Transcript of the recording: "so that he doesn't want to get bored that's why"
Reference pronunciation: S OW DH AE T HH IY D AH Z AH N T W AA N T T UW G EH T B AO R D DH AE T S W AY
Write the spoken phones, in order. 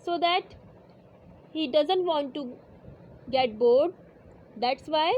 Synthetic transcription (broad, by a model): S OW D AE T HH IY D AH Z AH N T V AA N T T UW G EH T B AO R D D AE T S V AY